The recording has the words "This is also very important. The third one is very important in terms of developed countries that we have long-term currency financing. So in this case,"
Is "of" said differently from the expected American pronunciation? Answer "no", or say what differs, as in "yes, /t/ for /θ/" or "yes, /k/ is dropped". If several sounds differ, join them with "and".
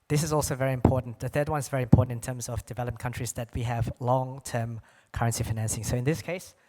no